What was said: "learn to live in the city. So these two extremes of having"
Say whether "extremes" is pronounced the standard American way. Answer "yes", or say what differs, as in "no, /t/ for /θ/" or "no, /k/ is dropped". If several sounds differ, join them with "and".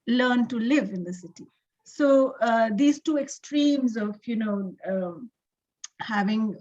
yes